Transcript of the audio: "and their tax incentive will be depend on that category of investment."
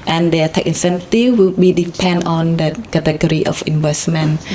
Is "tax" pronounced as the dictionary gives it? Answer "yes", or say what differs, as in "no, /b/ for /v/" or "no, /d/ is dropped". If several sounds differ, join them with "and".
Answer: no, /s/ is dropped